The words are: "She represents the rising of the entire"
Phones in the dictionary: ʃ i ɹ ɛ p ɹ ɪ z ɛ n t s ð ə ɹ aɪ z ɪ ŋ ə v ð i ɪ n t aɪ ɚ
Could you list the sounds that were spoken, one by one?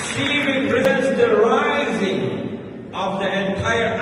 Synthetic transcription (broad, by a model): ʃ i ɹ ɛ p ɹ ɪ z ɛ n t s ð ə ɹ aɪ z ɪ ŋ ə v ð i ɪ n t aɪ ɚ